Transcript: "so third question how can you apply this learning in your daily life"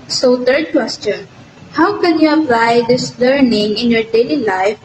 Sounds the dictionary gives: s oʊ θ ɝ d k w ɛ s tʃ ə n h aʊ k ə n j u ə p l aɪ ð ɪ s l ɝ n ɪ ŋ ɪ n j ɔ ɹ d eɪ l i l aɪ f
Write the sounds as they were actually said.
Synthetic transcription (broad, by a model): s oʊ t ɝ d k w ɛ s tʃ ə n h aʊ k ə n j u ə p l aɪ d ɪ s l ɝ n ɪ ŋ ɪ n j ɔ ɹ d eɪ l i l aɪ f